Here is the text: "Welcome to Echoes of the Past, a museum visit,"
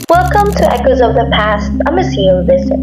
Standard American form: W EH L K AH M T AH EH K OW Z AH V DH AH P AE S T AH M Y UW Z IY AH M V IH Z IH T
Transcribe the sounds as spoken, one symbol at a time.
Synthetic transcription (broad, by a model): W EH L K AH M T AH EH K OW Z AH V DH AH P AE S T AH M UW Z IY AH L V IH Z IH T